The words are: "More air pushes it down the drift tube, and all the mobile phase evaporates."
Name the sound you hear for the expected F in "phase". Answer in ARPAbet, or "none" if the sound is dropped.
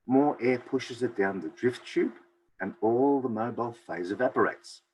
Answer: F